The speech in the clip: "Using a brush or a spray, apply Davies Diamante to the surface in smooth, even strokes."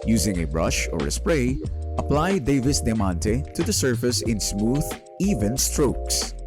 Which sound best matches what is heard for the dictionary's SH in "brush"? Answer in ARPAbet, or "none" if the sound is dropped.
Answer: SH